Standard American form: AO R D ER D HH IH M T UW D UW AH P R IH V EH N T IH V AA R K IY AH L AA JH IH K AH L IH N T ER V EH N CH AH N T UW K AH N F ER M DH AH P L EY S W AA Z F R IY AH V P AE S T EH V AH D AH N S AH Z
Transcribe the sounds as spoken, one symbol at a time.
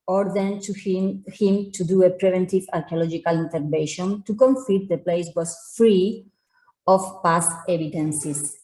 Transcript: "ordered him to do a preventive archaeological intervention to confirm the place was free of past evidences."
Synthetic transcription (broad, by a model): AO R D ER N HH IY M T UW D UW AH P R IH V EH N T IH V AA R K IY AH L AA JH IH K AH L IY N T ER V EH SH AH N T UW K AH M F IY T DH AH P L EY S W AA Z F R IY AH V P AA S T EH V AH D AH N S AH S